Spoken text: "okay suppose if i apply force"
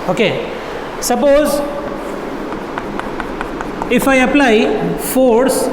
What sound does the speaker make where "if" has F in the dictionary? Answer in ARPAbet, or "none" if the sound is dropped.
F